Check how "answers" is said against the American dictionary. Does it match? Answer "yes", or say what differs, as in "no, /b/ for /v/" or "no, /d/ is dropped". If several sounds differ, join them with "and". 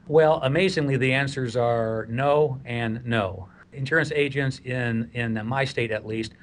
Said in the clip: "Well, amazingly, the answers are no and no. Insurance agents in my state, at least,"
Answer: yes